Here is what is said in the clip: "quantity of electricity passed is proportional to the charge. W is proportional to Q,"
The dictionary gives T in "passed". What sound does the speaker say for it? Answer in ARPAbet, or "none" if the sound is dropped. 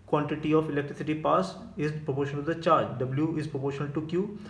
none